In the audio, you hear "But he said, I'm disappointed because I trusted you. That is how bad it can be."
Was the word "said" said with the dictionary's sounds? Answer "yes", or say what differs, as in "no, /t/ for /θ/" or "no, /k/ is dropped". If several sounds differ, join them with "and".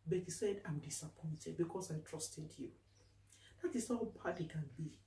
yes